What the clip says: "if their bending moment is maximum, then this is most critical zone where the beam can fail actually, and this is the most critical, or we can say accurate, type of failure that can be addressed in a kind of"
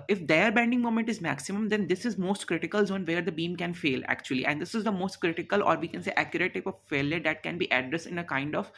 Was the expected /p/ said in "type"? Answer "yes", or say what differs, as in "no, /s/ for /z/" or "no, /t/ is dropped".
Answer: yes